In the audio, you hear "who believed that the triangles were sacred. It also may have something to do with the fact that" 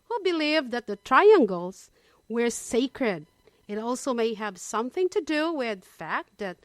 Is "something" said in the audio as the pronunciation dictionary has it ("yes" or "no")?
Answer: yes